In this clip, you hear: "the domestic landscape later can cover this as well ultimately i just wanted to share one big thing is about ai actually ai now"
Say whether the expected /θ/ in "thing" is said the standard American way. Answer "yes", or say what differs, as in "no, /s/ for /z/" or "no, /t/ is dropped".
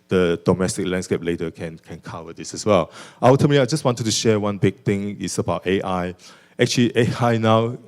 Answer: no, /t/ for /θ/